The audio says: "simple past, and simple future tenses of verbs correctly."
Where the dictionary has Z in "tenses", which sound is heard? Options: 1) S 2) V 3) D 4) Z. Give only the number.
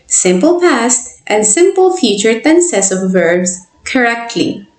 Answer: 1